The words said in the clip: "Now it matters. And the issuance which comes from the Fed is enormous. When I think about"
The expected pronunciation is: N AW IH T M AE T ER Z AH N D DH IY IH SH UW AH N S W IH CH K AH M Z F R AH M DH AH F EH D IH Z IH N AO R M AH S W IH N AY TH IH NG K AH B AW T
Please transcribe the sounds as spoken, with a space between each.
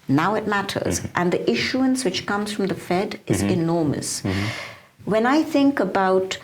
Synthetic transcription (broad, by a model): N AW IH T M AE T ER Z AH N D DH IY IH SH UW AH N S W IH CH K AH M Z F R AH M DH AH F EH D IH Z IH N AO R M AH S W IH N AY TH IH NG K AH B AW T